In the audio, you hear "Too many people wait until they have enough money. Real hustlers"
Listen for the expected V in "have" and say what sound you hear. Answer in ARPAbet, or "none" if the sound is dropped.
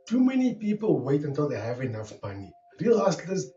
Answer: V